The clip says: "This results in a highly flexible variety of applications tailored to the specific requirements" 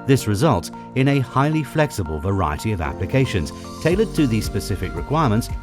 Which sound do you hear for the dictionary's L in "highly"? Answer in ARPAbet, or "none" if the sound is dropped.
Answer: L